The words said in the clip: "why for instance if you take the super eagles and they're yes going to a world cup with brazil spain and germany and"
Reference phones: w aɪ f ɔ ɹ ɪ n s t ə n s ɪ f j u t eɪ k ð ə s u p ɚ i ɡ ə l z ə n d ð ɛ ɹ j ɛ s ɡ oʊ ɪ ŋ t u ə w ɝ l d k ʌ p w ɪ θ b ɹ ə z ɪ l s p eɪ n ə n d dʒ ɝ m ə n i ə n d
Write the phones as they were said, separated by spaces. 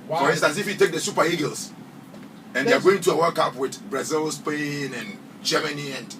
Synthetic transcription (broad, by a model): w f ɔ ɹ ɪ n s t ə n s ɪ f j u t eɪ k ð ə s u p ɚ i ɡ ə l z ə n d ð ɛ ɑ ɡ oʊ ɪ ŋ t u ə w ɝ k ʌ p w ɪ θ b ɹ ə z ɪ l s p eɪ n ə n dʒ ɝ m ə n i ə n